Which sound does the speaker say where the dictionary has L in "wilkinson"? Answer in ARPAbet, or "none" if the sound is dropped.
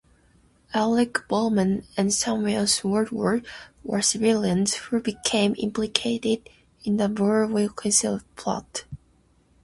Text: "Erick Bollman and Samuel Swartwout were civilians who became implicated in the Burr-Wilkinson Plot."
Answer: none